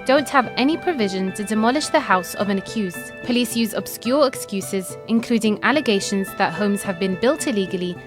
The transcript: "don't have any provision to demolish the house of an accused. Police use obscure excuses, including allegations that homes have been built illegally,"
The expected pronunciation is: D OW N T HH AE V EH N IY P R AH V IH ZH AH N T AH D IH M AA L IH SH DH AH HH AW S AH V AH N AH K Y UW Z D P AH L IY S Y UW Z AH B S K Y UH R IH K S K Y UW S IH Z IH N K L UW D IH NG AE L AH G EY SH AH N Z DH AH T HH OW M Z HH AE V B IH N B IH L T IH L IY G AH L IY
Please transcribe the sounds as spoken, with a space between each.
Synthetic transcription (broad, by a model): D OW N T HH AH V EH N IY P R AH V IH ZH AH N T AH D IH M AA L IH SH DH AH HH AW S AH V AH N AH K Y UW Z D P AH L IY S Y UW Z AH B S K Y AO R IH K S K Y UW S IH Z IH N K L UW D IH NG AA L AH G EY SH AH N Z DH AH T HH OW M Z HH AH V B IH N B IH L T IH L IY G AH L IY